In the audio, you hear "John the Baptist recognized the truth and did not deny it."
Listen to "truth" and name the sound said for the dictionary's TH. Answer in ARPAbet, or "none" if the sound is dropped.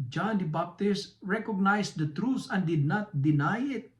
S